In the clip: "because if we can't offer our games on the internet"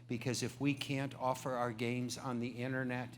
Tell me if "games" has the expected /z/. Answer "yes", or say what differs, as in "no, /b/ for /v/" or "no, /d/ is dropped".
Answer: yes